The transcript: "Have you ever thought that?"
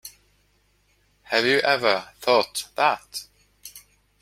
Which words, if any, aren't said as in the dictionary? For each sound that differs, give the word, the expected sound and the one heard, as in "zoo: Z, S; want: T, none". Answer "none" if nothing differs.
none